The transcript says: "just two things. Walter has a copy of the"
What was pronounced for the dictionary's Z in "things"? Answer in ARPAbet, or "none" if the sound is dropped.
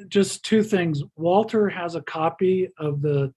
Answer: Z